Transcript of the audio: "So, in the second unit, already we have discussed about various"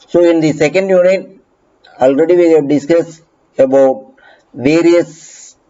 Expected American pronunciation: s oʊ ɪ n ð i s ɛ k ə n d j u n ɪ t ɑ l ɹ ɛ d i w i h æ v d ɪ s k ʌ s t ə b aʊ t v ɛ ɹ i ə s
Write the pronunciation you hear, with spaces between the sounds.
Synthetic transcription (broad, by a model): s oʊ ɪ n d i s ɛ k ə n d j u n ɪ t ɑ l ɹ ɛ d i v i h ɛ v d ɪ s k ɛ s ə b aʊ t v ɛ ɹ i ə s